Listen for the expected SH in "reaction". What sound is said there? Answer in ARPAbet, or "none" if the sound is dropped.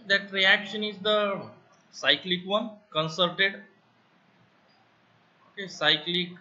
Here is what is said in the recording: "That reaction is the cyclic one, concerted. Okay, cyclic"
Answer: SH